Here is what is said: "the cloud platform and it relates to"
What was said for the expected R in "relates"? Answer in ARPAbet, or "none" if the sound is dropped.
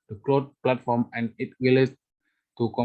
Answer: W